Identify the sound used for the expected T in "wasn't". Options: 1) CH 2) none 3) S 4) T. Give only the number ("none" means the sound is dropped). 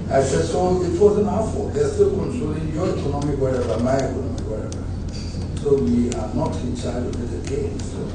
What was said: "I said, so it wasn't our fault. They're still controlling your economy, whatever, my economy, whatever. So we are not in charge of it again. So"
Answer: 2